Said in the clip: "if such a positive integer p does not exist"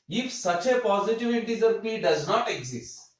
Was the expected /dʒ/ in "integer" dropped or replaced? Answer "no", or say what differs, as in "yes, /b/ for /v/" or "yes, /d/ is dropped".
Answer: yes, /z/ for /dʒ/